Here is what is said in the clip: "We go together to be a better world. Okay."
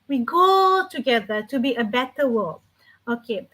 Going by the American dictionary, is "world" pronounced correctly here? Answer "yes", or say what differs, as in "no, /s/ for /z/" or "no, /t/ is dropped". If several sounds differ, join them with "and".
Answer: no, /d/ is dropped